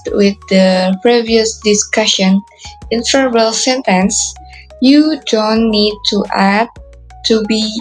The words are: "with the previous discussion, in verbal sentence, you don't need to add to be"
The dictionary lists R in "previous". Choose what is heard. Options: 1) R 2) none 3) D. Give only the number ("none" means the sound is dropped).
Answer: 1